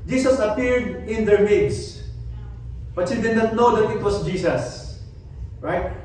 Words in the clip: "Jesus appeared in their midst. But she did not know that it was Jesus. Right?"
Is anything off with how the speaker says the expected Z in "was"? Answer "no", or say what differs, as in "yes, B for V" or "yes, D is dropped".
yes, S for Z